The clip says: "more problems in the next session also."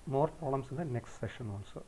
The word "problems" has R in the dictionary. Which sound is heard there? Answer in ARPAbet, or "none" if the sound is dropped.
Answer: none